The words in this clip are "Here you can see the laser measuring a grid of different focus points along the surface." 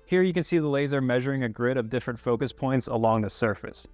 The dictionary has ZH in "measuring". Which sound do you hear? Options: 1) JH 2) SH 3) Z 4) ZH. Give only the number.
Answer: 4